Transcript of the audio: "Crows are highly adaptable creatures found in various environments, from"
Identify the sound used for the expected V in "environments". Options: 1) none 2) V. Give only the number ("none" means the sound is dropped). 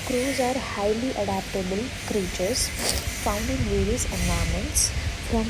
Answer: 1